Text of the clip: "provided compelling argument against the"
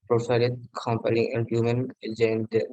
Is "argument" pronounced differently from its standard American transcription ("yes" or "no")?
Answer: yes